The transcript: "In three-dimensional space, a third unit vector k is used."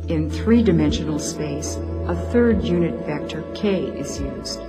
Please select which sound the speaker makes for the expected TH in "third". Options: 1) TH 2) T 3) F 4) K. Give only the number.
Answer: 1